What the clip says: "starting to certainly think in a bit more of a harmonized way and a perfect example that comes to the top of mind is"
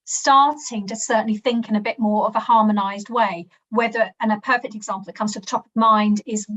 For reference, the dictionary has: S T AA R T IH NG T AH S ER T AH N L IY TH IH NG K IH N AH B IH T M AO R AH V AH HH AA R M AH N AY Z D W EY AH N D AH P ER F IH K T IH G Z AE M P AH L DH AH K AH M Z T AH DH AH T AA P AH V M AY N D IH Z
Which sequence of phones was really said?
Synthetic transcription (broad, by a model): S T AA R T IH NG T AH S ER T N L IY TH IH NG K IH N AH B IH T M AO R AH V AH HH AA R M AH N AY Z D W EY AH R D AH P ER F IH K T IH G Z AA M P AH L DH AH K AH M Z T AH DH AH T AA P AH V M AY N D IH Z